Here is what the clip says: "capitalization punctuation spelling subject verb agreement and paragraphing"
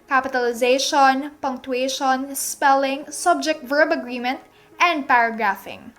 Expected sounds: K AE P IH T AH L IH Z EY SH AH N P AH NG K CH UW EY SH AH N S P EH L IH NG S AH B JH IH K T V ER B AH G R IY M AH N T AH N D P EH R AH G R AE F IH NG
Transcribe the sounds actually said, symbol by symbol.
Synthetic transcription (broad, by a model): K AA P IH T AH L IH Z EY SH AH N P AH NG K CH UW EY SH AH N S P EH L IH NG S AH B JH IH K T V ER B AH G R IY M AH N T AH N D P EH R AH G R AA F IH NG